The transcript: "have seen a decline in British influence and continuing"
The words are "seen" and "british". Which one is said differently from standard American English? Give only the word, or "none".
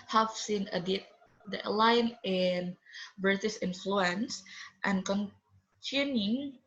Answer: british